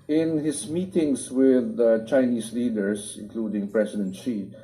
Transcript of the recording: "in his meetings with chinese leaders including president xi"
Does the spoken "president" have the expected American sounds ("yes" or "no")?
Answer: no